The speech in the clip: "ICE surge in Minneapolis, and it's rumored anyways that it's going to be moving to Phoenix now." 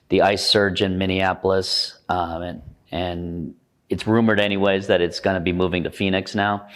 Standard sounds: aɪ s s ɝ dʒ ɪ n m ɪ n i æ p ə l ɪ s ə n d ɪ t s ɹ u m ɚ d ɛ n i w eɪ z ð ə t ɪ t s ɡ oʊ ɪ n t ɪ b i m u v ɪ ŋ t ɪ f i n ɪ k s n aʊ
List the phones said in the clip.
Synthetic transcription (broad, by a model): aɪ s s ɝ dʒ ɪ n m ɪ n i æ p l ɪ s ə n ɪ t s ɹ u m ɚ d ɛ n i w eɪ z ð ə t ɪ t s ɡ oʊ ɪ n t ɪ b i m u v ɪ ŋ t ɪ f i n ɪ k s n aʊ